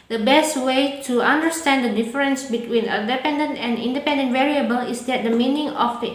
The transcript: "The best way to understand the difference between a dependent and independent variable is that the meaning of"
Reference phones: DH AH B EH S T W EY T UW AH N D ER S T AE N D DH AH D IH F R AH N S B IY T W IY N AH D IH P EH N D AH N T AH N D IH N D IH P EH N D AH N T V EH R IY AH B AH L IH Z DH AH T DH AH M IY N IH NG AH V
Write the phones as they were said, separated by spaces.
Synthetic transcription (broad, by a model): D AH B EH S T W EY T UW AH N D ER S T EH N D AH D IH F R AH N S B IY T W IY N AH D IH P EH N D AH N T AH N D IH N D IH P EH N D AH N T V EH R IY AH B AH L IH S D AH T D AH M IY N IH NG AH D